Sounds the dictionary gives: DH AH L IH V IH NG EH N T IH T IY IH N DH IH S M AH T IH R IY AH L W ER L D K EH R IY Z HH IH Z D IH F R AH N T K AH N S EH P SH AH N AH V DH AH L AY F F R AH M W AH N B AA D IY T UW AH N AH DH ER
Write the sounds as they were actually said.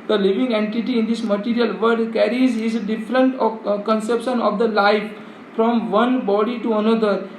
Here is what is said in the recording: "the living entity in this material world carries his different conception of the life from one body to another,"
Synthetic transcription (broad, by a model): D AH L IH V IH NG EH N T IH T IY IH N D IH S M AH T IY R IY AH L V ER D K EH R IY Z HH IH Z D IH F R AH N T K AH N S EH P SH AH N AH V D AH L AY F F R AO M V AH N B AA D IY T UW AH N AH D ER